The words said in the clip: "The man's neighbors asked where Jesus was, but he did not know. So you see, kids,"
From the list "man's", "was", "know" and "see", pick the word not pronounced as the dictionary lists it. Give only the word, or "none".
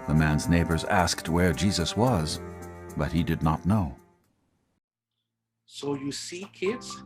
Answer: none